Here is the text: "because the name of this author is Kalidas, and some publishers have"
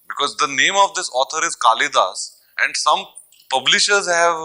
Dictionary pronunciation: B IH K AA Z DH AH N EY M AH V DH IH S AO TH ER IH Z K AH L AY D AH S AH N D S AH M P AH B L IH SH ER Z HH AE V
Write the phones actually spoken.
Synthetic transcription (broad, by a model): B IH K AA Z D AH N EY M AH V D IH S AO T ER IH Z K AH L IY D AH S AH N D S AH M P AH B L IH SH ER Z HH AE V